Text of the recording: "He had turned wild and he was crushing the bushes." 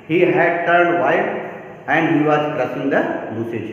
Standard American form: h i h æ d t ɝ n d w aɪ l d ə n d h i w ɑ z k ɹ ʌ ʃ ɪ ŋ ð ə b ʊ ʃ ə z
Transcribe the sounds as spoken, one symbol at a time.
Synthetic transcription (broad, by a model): h i h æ d t ɝ n d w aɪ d ə n d h i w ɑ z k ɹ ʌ s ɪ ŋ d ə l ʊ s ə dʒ